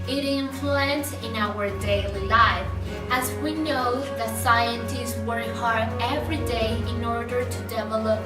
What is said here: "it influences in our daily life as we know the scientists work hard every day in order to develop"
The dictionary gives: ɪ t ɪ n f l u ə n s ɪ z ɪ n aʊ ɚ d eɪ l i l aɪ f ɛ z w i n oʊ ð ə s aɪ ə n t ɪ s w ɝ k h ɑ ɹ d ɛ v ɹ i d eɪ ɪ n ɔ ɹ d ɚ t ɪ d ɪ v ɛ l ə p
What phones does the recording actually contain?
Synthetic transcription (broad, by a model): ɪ t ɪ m f l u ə n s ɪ ɪ n aʊ ɚ d eɪ l i l aɪ f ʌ z w i n oʊ ð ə s aɪ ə n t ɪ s w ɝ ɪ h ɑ ɹ ɛ v ɹ i d eɪ ɪ n ɔ ɹ d ɚ t ɪ d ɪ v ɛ l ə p